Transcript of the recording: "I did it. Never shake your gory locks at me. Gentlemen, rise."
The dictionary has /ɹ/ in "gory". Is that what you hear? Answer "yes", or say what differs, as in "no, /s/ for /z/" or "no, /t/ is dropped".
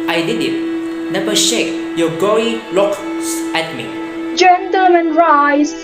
no, /ɹ/ is dropped